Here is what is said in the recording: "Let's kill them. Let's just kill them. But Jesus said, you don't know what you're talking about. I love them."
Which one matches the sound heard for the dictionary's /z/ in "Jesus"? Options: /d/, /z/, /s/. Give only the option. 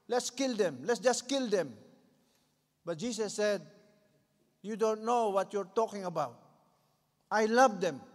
/s/